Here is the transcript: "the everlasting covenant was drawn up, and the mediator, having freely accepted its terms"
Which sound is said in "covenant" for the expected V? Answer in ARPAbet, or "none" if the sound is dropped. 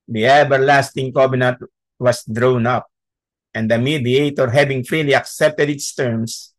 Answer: B